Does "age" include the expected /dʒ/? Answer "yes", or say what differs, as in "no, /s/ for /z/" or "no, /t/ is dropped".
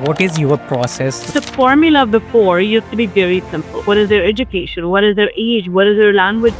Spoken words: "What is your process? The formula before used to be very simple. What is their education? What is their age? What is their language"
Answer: yes